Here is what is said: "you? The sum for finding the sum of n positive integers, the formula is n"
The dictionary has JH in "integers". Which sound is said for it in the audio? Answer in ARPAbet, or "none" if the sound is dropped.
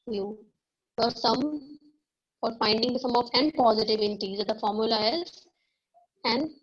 Z